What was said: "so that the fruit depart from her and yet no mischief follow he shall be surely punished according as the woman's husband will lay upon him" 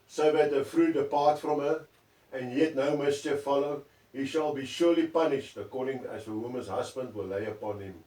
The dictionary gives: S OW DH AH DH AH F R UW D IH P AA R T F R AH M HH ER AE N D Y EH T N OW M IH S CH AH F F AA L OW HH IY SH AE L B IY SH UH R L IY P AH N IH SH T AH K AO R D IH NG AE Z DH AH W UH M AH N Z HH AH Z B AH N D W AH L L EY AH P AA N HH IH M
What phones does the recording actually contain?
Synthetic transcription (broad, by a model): S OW DH AH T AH F R UW D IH P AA T F R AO M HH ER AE N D Y EH T N OW M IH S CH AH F F AA L OW HH IY SH AE L B IY SH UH L IY P AH N IH SH T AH K AO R D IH NG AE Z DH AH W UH M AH N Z HH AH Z B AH N D W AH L L EY AH P AA N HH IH M